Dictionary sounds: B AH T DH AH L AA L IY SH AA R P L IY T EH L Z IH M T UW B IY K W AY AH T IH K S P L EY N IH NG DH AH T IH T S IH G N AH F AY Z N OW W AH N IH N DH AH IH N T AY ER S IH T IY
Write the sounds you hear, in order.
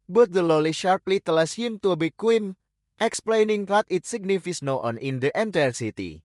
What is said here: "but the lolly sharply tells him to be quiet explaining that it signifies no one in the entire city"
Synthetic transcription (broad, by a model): B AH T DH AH L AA L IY SH AA R P L IY T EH L S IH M T UW B IY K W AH T IH K S P L EY N IH NG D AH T IH T S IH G N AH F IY S N OW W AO N IH N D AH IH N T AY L S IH T IY